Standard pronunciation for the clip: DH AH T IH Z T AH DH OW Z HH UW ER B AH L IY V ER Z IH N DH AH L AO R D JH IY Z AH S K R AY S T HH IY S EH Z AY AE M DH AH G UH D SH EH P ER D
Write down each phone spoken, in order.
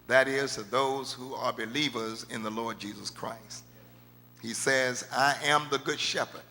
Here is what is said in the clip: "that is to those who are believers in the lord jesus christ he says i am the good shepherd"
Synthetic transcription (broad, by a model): DH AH T IH Z T AH DH OW Z HH UW ER B AH L IY V ER Z IH N DH AH L AO R D JH IY Z AH S K R AY S T HH IY S EH Z AY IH M DH AH G UH D SH EH P ER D